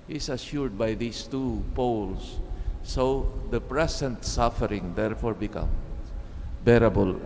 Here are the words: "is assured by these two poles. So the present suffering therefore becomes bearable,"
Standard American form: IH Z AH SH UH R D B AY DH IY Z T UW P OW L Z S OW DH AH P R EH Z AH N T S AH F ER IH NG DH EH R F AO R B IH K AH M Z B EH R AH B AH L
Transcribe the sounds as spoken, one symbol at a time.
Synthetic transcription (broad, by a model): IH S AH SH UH R D B AY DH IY S T UW P OW L S OW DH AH P R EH S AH N T S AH F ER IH NG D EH R F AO R B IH K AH M B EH R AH B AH L